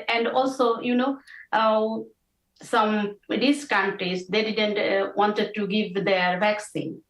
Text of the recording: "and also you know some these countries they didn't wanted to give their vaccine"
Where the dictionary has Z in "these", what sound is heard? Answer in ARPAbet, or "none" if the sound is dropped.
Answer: S